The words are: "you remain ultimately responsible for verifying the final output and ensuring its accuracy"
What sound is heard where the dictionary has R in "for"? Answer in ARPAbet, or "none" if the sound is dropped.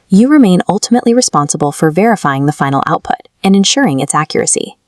R